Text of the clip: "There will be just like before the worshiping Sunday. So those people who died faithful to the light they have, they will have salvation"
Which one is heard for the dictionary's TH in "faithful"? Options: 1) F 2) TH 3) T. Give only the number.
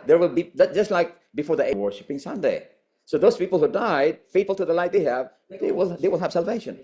3